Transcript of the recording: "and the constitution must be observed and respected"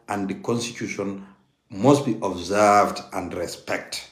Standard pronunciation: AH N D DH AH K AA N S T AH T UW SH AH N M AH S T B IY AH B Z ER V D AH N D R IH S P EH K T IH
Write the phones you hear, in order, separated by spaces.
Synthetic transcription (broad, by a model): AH N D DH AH K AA N S T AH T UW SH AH N M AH S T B IY AH B Z ER V D AH N D R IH S P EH K T